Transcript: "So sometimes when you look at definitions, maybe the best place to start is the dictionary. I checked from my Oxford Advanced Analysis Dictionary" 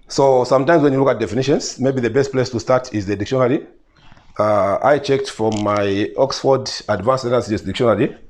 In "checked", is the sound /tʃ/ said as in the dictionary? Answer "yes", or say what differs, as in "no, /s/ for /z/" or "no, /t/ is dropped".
yes